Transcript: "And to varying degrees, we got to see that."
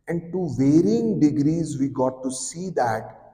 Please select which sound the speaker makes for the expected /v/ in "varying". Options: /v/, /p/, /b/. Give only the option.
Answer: /v/